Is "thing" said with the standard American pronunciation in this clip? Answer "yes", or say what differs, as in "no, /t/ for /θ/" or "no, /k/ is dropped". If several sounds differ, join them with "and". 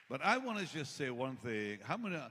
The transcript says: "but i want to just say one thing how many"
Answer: yes